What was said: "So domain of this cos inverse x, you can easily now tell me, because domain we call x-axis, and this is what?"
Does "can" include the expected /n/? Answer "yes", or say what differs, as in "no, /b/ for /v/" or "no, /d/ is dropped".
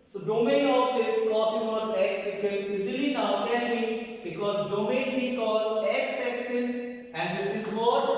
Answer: no, /l/ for /n/